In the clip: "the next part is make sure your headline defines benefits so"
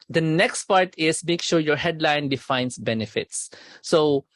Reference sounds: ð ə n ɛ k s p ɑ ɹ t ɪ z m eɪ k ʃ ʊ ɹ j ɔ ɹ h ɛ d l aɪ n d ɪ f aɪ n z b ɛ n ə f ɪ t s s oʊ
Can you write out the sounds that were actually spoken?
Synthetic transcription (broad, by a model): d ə n ɛ k s p ɑ ɹ t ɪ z m eɪ k ʃ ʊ ɹ j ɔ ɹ h ɛ d l aɪ n d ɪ f aɪ n s b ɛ n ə f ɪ t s s oʊ